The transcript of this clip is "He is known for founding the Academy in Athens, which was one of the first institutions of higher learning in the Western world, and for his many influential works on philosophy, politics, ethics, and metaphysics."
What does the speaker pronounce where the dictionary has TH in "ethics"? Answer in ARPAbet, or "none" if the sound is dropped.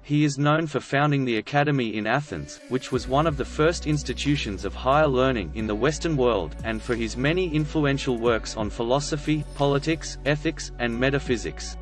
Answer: TH